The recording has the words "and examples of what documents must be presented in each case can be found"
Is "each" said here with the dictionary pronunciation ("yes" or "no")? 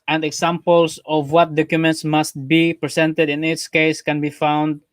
no